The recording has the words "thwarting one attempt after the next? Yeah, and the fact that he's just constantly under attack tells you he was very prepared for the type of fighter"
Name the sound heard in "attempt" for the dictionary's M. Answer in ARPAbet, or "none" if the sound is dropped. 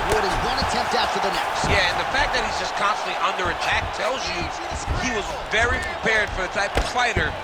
M